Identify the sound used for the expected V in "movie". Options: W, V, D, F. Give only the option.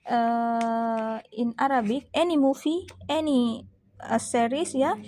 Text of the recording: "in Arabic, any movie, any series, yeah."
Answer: F